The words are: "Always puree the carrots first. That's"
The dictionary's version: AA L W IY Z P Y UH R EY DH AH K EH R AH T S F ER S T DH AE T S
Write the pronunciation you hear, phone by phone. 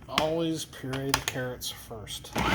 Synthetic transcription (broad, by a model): AA L W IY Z P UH R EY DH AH K EH R AH T S F ER S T T